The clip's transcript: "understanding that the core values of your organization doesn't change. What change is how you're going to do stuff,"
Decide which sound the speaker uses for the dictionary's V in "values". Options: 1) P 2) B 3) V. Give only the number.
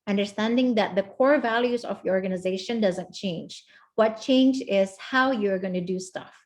3